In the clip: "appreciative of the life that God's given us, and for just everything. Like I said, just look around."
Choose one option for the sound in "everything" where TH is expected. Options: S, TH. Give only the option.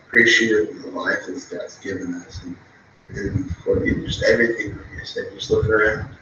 TH